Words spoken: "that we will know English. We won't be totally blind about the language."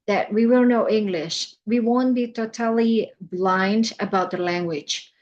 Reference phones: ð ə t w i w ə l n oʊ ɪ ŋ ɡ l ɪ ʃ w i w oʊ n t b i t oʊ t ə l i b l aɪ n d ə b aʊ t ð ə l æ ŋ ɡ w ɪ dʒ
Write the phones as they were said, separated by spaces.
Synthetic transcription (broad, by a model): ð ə t w i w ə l n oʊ ɪ ŋ ɡ l ɪ ʃ w i w oʊ n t b i t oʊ t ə l i b l aɪ n d ə b aʊ t ð ə l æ ŋ ɡ w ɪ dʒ